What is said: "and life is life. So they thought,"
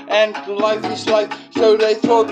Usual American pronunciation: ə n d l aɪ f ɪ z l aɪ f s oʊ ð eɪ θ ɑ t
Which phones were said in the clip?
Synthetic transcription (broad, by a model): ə n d l aɪ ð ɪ s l aɪ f s oʊ ð eɪ θ ɑ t